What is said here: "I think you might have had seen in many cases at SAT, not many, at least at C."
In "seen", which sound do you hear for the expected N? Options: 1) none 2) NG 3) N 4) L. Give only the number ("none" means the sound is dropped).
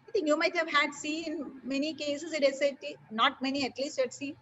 1